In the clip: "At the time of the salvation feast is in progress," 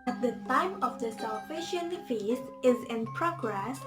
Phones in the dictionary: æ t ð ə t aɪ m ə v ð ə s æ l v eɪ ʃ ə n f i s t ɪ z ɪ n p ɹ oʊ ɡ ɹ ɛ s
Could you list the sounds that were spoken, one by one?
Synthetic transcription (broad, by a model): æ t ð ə t aɪ m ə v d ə s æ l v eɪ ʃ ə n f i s ɪ z ɪ n p ɹ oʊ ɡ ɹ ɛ s